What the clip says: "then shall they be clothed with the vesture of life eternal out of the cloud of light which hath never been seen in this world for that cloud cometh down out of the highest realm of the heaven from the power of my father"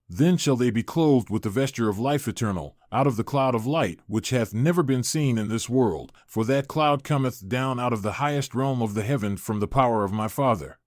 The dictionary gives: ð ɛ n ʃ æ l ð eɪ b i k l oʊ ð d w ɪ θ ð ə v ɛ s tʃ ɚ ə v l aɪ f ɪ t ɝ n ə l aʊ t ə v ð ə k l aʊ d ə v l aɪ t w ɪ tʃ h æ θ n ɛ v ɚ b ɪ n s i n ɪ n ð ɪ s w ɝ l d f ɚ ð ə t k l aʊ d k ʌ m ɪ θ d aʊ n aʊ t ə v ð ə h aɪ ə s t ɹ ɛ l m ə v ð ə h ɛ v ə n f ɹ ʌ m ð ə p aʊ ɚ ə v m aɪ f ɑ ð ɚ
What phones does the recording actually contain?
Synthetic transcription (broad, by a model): ð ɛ n ʃ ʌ l ð eɪ b i k l oʊ ð d w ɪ ð ə v ɛ s tʃ ɚ ə v l aɪ f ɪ t ɝ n l aʊ t ə v ð ə k l aʊ d ə v l aɪ t w ɪ tʃ h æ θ n ɛ v ɚ b ɪ n s i n ɪ n ð ɪ s w ɝ l d f ɚ ð ə t k l aʊ d k ʌ m ɪ θ d aʊ n aʊ t ə v ð ə h aɪ ə s t ɹ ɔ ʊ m ə v ð ə h ɛ v ə n f ɹ ʌ m ð ə p aʊ ɚ ə v m aɪ f ɑ ð ɚ